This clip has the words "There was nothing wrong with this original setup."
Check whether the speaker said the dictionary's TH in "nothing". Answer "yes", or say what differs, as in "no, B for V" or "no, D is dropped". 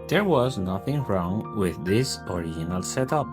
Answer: yes